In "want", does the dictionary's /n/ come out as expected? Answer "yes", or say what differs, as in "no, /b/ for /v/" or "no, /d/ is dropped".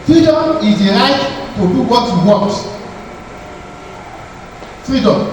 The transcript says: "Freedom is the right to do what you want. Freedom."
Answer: no, /n/ is dropped